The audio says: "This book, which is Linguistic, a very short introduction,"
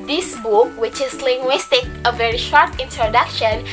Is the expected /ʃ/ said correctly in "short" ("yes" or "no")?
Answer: yes